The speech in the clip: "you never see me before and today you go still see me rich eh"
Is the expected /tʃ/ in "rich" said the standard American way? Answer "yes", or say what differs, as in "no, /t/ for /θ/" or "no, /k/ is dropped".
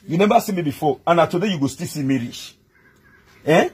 no, /ʃ/ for /tʃ/